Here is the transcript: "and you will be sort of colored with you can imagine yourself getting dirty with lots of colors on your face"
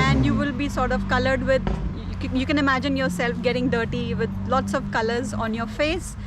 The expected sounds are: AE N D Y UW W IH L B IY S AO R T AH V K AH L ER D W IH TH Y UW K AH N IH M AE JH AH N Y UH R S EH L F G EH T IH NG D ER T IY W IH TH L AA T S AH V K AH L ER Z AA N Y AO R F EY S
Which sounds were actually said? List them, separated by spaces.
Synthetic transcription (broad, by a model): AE N D Y UW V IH L B IY S AO R T AH V K AH L ER D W IH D Y UW K AH N IH M AE JH AH N Y UH R S EH L F G EH T IH NG D ER T IY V IH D L AA T S AH V K AH L ER Z AA N Y AO R F EY S